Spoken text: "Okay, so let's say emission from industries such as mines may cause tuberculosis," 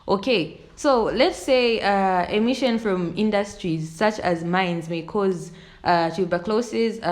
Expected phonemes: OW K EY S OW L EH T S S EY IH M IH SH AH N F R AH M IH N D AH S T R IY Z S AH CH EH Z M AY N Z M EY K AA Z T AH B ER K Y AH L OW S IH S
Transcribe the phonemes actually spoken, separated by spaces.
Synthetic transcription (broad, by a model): OW K EY S OW L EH T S S EY IH M IH SH AH N F R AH M IH N D AH S T R IY Z S AH CH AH Z M AY N Z M EY K AA Z T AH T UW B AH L OW S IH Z